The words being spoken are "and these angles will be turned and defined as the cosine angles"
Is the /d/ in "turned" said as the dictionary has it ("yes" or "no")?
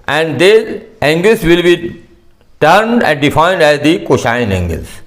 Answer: yes